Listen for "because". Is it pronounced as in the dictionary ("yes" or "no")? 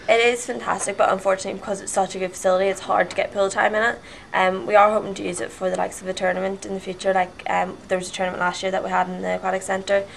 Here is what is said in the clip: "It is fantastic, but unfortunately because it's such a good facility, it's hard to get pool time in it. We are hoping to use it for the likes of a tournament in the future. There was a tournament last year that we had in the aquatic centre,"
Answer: yes